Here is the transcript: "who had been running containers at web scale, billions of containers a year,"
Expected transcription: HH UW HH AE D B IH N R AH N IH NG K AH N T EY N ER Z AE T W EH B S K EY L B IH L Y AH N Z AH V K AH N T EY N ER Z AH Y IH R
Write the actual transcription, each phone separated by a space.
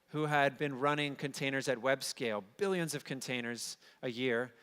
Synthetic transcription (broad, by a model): HH UW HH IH D B IH N R AH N IH NG K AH N T EY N ER Z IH T W EH B S K EY L B IH L Y AH N Z AH V K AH N T EY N ER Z AH Y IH R